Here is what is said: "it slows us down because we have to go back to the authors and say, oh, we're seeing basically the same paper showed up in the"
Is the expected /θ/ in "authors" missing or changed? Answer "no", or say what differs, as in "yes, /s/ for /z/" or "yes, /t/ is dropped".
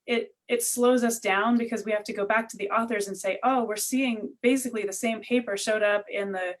no